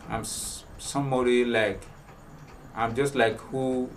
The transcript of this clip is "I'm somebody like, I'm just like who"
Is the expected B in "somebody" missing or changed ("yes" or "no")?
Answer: yes